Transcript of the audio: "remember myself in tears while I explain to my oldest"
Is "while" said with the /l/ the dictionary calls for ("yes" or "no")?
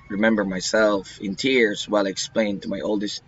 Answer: yes